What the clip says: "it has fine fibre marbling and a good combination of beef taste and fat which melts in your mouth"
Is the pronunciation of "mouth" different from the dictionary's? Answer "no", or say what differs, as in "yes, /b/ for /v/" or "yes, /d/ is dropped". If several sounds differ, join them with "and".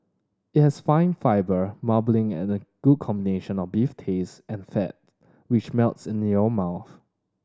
no